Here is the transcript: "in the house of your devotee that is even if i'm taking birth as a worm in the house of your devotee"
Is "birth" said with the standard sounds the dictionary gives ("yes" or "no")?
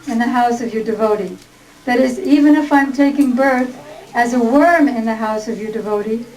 yes